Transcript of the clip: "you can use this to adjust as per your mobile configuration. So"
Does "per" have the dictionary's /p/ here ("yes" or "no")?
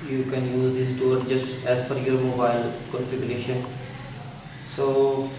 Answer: no